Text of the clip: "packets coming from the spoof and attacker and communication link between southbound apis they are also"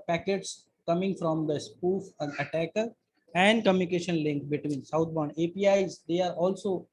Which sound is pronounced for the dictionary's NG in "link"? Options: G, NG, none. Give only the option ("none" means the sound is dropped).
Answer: NG